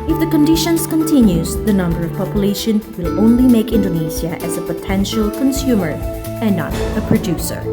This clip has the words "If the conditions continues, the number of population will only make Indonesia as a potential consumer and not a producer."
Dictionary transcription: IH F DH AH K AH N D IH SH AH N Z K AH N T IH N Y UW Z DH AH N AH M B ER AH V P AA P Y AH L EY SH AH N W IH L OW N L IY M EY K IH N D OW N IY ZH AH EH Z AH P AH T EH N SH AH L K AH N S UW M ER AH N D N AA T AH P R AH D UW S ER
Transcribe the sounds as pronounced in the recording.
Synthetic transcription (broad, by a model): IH F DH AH K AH N D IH SH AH N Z K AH N T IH N Y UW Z DH AH N AH M B ER AH V P AA P Y AH L EY SH AH N W IH L OW N L IY M EY K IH N D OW N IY Z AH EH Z AH P AH T EH N SH AH L K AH N S UW M ER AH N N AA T AH P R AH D UW S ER